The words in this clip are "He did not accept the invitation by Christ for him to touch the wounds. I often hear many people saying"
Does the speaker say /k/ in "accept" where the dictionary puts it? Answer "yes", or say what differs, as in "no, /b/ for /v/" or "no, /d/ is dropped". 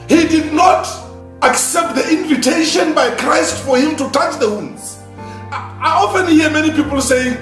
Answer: yes